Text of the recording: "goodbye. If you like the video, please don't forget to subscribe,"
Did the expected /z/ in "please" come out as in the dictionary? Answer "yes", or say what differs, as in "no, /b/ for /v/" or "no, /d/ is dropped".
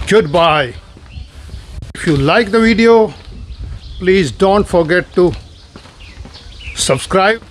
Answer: yes